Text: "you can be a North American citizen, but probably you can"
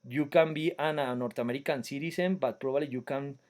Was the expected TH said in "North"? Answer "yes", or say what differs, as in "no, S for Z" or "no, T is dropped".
no, T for TH